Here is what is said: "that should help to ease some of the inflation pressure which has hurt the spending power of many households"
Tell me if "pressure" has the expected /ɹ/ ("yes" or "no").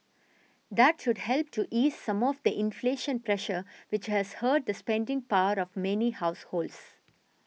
yes